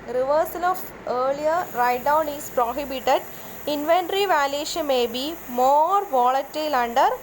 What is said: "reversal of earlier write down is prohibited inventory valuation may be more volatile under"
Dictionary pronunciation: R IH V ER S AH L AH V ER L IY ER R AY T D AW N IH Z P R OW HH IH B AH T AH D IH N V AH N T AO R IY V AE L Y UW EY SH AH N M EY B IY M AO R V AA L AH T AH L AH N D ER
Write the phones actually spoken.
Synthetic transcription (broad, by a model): R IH V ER S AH L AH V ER L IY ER R AY T D AW N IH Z P R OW HH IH B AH T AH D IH N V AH N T R IY V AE L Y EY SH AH N M EY B IY M AO R V AA L AH T AH L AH N D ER